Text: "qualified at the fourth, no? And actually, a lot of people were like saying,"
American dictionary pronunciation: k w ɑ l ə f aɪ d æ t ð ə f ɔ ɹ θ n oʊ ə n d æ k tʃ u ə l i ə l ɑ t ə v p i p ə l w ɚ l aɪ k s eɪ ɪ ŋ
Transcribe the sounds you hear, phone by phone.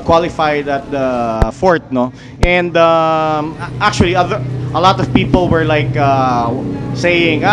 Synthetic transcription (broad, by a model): k w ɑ l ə f aɪ d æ t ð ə f ɔ ɹ t n oʊ ə n d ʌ k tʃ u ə l i ə l ɑ t ə v p i p ə l w ɚ l aɪ k s eɪ ɪ ŋ